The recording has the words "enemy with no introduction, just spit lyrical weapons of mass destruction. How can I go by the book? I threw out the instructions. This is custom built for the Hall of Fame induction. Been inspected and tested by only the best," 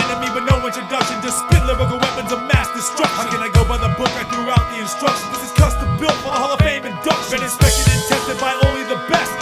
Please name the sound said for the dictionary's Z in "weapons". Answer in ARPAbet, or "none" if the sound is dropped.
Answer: Z